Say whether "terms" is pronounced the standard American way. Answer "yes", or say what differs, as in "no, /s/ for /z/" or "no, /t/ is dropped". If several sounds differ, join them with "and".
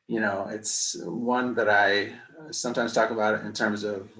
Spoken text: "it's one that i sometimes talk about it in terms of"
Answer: yes